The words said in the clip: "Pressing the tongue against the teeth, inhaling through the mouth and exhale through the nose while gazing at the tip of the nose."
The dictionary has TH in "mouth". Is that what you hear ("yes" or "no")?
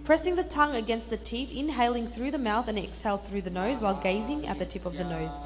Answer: yes